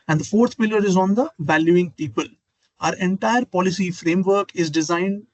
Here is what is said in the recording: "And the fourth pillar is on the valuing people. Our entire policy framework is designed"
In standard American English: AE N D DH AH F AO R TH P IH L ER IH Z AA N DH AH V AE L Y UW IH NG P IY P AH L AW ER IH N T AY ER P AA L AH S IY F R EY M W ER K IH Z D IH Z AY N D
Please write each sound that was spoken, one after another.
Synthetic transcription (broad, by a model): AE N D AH F AO R T P IH L ER IH Z AA N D AH V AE L Y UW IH NG P IY P AH L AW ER IH N T AY ER P AA L AH S IY F R EY M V ER K IH Z D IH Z AY N D